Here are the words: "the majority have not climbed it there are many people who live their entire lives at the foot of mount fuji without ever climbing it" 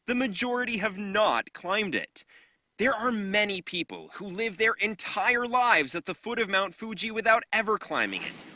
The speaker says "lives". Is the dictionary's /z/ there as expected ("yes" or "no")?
yes